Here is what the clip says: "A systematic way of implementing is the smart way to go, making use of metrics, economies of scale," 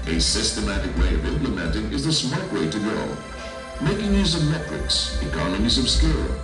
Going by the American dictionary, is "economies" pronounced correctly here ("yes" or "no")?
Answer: yes